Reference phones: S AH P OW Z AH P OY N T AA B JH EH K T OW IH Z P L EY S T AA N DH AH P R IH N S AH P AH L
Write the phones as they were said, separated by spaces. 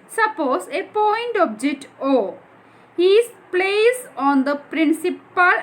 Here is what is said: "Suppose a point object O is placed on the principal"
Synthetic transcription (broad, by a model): S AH P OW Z AH P OY N T AA B JH EH K T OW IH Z P L EY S AA N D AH P R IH N S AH P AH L